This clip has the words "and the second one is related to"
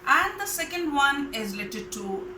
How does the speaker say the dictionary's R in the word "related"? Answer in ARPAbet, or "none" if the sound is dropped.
L